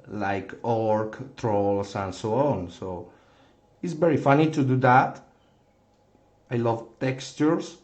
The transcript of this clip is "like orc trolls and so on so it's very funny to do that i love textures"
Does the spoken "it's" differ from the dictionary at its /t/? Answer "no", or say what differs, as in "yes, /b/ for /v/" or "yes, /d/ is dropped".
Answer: no